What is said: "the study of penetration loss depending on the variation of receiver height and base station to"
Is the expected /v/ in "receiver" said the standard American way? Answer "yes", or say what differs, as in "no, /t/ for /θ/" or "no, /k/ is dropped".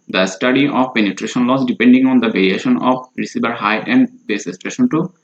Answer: no, /b/ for /v/